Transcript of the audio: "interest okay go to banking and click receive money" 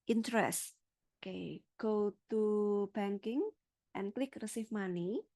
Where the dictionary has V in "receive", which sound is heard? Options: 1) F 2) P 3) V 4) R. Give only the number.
1